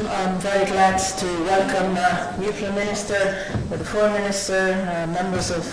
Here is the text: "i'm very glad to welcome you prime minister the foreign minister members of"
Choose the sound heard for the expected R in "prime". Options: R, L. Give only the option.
L